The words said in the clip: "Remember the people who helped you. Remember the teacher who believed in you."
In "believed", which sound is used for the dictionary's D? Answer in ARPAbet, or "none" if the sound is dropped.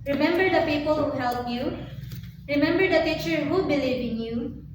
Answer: none